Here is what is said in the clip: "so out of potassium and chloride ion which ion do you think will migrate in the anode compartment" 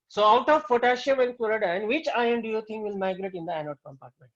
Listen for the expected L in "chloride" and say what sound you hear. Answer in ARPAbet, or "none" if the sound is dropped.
none